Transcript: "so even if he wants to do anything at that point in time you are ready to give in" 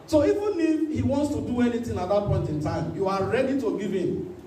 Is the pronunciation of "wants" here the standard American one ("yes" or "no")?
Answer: yes